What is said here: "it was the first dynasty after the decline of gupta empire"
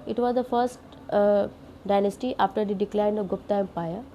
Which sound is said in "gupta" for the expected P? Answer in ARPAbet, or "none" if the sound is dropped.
P